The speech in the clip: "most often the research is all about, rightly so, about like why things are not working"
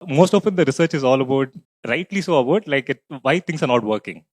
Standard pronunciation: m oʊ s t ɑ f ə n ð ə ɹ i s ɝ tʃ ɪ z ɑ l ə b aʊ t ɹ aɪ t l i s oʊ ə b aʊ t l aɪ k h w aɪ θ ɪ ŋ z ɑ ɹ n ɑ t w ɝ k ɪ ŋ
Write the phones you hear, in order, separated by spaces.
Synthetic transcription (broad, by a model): m oʊ s t ɑ f ə n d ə ɹ i s ɝ tʃ ɪ z ɑ l ə b aʊ t ɹ aɪ t l i s oʊ ə b aʊ t l aɪ k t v aɪ t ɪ ŋ s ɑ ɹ n ɑ t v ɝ k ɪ ŋ